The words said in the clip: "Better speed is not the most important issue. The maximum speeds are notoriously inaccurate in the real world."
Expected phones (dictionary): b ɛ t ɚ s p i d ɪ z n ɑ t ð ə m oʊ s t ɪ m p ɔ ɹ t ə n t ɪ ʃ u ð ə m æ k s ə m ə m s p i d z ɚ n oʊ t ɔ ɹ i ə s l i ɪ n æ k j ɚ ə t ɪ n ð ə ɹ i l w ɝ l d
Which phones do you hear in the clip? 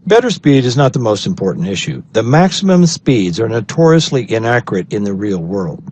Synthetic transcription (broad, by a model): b ɛ t ɚ s p i d ɪ z n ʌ t ð ə m oʊ s t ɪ m p ɔ ɹ t n t ɪ ʃ u ð ə m æ k s ə m ə m s p i d z ɚ n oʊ t ɔ ɹ i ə s l i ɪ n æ k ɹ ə t ɪ n ð ə ɹ i l w ɝ l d